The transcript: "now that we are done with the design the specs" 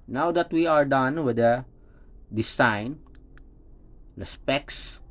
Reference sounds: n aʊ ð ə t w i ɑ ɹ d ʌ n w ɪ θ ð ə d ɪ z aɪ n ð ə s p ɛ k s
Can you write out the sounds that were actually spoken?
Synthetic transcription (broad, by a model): n aʊ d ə t w i ɑ ɹ d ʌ n w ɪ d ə d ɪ s aɪ n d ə s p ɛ k s